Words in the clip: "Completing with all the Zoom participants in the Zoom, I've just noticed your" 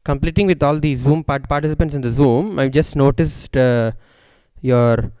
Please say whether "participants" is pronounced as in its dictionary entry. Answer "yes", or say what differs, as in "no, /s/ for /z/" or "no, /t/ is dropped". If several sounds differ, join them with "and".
yes